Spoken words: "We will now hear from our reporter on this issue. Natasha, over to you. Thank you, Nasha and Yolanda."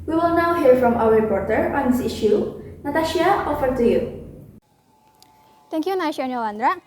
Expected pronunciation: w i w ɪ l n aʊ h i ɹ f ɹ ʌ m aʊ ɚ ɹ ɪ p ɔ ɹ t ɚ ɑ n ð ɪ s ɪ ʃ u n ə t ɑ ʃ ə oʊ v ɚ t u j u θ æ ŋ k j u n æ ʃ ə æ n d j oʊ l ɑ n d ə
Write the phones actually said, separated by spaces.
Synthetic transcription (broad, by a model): w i w ɪ l n aʊ h i ɹ f ɹ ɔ m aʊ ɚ ɹ ɪ p ɔ ɹ t ɚ ɑ n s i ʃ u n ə t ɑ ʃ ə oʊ f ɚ t u j u t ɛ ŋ k j u n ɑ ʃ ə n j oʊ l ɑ n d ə